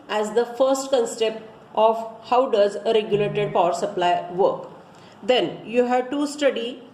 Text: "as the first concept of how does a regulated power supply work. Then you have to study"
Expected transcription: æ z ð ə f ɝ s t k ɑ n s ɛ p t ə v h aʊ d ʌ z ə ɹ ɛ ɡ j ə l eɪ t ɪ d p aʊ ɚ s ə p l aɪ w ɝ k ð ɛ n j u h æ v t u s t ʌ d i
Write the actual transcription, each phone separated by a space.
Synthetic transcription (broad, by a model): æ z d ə f ɝ s t k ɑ n s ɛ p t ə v h aʊ d ʌ z ə ɹ ɛ ɡ j ə l eɪ t ɪ d p aʊ ɚ s ə p l aɪ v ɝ k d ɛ n j u h æ v t u s t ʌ d i